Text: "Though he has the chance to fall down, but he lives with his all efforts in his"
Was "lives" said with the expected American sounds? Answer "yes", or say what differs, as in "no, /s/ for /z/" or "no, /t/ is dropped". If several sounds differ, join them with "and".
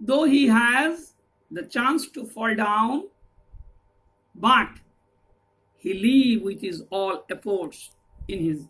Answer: no, /z/ is dropped